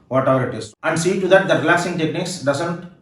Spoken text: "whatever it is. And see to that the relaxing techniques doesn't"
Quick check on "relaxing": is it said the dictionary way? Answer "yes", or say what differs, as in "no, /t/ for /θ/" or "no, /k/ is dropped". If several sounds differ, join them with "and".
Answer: yes